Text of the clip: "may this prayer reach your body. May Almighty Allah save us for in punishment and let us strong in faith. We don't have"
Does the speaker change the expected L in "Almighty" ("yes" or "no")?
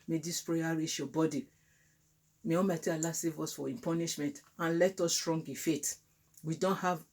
yes